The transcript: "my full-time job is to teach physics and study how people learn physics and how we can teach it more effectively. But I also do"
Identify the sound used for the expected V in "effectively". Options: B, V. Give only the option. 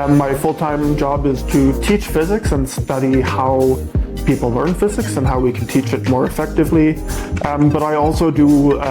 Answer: V